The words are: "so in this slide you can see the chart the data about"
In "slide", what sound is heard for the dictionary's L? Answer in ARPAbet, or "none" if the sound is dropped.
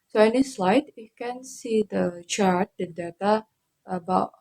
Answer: L